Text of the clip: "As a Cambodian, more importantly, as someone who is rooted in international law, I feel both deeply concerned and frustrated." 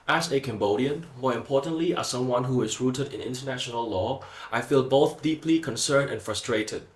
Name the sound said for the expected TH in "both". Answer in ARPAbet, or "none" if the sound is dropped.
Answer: TH